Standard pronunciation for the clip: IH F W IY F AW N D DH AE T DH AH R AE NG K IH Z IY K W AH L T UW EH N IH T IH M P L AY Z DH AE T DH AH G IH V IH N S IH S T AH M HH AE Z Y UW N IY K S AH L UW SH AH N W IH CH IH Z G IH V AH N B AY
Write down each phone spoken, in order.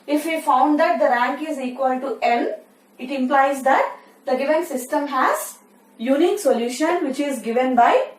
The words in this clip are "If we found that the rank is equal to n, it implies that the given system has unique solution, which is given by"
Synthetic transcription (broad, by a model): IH F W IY F AW N D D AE T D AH R AE NG K IH Z IY K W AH L T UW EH L IH T IH M P L AY Z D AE T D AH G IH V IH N S IH S T AH M HH AE Z Y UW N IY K S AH L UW SH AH N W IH CH IH Z G IH V AH N B AY